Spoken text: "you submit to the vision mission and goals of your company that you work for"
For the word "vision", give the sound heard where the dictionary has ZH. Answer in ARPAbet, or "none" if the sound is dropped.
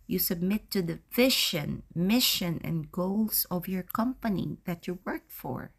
SH